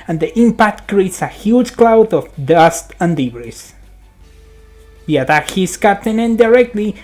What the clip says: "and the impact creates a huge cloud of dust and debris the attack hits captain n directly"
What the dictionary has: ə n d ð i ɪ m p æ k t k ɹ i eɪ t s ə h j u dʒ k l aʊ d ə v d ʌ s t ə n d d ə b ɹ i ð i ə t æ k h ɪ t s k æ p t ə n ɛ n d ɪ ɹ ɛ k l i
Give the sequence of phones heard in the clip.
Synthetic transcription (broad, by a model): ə n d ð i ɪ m p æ k t k ɹ i eɪ t s ə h j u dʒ k l aʊ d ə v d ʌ s t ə n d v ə ɹ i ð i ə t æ k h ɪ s k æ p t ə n ɛ n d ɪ ɹ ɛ k l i